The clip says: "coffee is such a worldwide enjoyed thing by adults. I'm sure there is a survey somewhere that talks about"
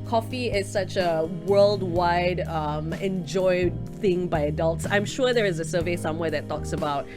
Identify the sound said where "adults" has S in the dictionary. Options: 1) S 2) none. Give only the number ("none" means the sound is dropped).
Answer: 1